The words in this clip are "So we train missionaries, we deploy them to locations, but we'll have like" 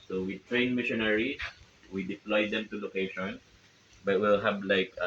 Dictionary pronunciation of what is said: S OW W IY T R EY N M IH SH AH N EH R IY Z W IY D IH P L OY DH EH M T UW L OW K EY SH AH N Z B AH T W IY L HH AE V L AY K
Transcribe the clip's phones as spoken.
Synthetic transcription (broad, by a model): S OW W IY T R EY N M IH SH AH N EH R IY W IY D IH P L OY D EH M T UW L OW K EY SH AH N B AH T W IY L HH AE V L AY K